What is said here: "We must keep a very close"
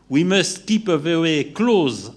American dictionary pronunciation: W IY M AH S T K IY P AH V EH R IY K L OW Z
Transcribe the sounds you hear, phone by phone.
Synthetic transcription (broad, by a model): W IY M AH S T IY P AH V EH W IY K L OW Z